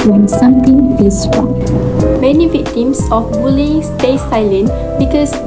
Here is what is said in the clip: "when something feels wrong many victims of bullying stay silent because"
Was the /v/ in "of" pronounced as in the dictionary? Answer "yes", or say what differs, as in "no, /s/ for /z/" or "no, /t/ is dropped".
no, /f/ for /v/